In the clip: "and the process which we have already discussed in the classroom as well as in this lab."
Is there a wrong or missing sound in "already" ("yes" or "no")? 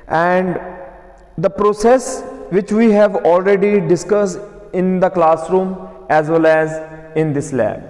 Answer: no